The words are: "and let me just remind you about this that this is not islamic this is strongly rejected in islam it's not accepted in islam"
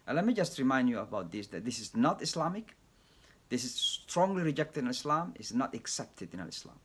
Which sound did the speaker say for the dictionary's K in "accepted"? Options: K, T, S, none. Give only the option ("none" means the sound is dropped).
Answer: K